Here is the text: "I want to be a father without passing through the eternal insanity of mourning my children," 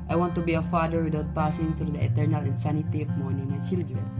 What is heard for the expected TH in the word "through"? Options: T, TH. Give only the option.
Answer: T